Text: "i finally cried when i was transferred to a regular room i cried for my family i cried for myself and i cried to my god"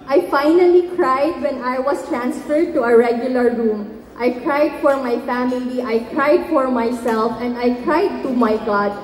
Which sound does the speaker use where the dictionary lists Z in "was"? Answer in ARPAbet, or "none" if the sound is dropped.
S